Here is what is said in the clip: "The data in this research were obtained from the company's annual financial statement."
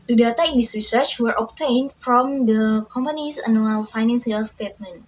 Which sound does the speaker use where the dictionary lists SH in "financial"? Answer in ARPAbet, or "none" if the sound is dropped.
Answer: S